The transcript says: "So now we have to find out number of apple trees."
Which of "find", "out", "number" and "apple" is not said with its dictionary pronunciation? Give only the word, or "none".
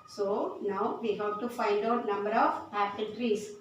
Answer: apple